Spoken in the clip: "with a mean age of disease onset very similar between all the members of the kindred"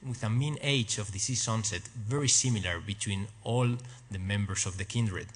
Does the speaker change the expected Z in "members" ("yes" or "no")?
yes